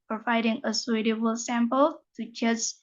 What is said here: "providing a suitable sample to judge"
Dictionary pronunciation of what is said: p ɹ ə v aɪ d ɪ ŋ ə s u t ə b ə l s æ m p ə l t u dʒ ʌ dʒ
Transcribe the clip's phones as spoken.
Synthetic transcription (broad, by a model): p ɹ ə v aɪ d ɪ ŋ ə s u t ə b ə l s æ m p ə l t u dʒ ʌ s